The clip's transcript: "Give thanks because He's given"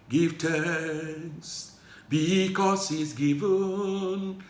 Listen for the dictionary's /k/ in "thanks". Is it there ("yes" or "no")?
no